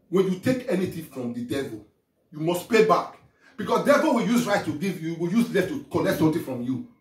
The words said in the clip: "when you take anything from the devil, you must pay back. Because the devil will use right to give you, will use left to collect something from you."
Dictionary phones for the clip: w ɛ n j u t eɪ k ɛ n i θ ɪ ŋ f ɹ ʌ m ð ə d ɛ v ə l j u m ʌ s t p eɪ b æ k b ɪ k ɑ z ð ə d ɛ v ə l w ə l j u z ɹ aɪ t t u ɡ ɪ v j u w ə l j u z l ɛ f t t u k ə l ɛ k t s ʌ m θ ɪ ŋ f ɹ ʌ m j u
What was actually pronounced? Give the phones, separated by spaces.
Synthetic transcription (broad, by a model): w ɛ n j u t eɪ k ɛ n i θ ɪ f ɹ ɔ m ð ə d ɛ v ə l j u m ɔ s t p eɪ b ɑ k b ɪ k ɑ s d ɛ v ə l w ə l j u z ɹ aɪ t t u ɡ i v j u w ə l j u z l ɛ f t t u k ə n ɛ k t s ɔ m t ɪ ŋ f ɹ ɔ m j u